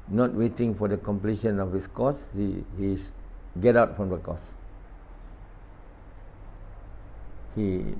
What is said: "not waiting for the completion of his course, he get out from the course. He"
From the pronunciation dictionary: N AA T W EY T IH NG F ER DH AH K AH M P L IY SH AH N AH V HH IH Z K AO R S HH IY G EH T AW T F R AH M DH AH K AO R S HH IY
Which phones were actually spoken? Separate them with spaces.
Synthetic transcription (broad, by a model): N AA T W EY T IH NG F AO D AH K AH M P L IY SH AH N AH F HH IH S K AO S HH HH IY G EH T AW T F R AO M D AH K AO S HH IY